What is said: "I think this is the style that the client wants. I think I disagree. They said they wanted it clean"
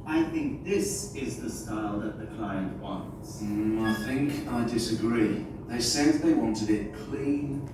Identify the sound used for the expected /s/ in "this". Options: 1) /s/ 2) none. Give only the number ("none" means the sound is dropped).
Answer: 1